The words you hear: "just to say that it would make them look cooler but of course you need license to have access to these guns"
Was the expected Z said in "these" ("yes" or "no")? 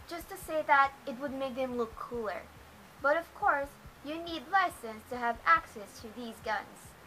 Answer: yes